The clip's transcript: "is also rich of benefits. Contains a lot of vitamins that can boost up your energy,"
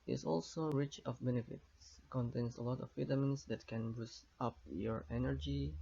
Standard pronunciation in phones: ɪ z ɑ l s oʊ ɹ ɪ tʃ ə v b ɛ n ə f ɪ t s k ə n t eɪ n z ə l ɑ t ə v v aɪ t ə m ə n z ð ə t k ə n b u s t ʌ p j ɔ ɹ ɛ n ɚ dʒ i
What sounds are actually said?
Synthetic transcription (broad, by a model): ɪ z ɑ l s oʊ ɹ ɪ tʃ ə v b ɛ n ə f ɪ t s k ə n t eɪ n s ə l ɑ t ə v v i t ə m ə n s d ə t k ə n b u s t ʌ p j ɔ ɹ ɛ n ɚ dʒ i